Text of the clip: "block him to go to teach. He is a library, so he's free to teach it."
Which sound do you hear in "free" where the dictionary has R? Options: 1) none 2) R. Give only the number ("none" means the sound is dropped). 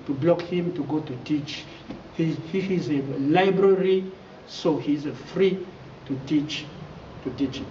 2